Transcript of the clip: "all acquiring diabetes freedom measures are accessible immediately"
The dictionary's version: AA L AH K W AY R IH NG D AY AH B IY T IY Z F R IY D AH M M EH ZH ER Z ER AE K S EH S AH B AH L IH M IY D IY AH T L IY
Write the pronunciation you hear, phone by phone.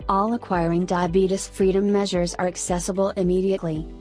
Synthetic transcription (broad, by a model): AA L AH K W AY R IH NG D AY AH B IY T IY S F R IY D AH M M EH ZH ER Z ER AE K S EH S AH B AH L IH M IY D IY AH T L IY